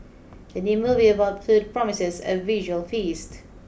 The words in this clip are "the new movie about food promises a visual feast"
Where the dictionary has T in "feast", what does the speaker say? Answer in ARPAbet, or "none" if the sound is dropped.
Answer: T